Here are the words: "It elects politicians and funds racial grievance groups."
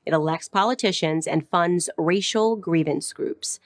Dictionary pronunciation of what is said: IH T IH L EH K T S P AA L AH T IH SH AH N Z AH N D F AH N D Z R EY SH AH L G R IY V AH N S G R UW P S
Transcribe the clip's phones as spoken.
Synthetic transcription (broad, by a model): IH T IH L EH K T S P AA L AH T IH SH AH N Z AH N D F AH N D Z R EY SH L G R IY V AH N S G R UW P S